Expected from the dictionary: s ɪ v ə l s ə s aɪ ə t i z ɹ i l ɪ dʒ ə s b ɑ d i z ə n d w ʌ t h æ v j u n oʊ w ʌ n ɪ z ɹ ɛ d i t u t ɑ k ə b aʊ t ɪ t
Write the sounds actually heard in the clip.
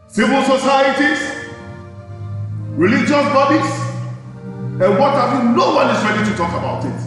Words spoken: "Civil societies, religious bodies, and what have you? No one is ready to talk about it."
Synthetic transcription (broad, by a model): s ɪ v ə l s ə s aɪ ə t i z ɹ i l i dʒ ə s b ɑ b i s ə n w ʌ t h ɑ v j u n oʊ w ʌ n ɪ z ɹ ɛ d i t u t ɑ k ə b aʊ t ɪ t